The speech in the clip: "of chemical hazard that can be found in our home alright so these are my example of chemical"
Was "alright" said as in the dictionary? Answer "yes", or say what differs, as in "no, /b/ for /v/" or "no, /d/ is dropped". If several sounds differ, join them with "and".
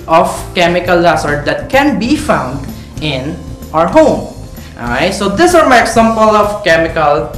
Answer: no, /l/ is dropped